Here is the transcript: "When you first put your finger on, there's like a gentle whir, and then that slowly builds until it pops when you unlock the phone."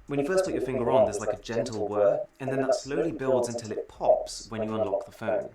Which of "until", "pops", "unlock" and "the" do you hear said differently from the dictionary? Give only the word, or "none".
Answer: none